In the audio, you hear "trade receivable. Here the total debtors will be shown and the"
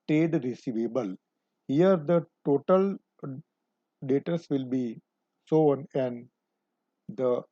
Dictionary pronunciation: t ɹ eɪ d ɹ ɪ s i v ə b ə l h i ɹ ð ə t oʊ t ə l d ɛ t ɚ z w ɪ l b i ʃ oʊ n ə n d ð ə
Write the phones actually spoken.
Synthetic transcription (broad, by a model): t ɹ eɪ d ɹ ɪ s i v ə b ə l h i ɹ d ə t oʊ t ə l d ɛ t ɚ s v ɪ l b i s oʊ n ə n d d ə